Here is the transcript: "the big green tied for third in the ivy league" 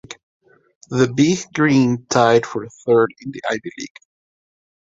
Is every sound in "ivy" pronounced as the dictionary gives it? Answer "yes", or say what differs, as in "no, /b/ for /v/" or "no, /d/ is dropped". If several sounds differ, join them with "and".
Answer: no, /b/ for /v/